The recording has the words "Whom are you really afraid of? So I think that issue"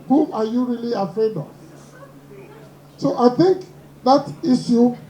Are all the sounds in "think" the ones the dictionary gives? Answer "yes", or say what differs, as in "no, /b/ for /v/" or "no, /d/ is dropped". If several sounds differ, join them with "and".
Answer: yes